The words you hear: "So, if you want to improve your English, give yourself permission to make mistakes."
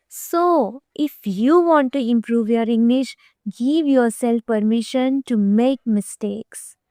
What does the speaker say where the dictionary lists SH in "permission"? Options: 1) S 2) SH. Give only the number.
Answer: 2